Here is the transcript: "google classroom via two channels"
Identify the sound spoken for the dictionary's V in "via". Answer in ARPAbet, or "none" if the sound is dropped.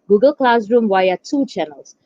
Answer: W